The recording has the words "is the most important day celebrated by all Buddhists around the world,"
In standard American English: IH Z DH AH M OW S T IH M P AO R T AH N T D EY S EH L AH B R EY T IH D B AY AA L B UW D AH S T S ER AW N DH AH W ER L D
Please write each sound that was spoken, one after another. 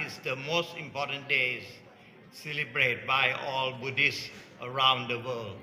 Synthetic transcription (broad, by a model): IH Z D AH M OW S T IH M P AO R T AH N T D EY S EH L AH B R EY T B AY AA L B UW D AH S S ER AW N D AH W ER L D